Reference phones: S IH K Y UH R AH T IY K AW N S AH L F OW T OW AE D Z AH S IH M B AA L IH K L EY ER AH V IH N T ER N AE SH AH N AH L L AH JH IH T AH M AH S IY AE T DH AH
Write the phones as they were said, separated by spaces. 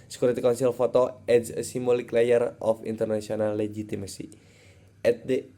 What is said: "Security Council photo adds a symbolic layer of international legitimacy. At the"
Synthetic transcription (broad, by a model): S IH K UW R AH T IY K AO N S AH L F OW T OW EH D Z AH S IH M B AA L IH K L EY ER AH F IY N T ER N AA S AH N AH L L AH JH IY T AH M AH S IY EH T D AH